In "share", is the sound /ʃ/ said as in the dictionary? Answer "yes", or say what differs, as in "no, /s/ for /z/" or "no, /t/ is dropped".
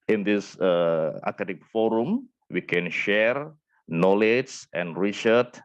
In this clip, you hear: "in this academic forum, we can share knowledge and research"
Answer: yes